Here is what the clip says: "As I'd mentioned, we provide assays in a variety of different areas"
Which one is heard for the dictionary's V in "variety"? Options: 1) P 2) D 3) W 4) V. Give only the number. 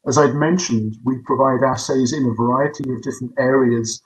4